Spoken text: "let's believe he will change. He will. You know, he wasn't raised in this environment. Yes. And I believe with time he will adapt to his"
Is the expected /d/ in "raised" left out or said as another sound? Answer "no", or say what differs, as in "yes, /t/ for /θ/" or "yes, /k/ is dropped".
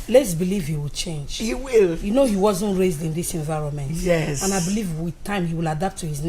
no